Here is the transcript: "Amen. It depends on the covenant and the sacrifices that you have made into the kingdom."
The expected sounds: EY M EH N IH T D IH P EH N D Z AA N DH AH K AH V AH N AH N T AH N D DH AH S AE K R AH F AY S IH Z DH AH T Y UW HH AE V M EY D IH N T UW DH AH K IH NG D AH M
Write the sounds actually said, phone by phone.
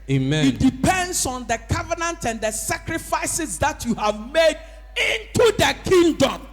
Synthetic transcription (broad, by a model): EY M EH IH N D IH P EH N D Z AA N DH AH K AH V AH N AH N T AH N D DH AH S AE K R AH F AY S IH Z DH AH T Y UW HH AE V M EY D IH N T UW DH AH K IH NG D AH M